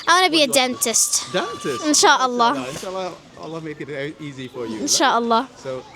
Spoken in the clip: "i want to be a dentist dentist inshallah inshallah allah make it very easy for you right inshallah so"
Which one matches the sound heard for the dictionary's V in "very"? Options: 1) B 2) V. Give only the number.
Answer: 1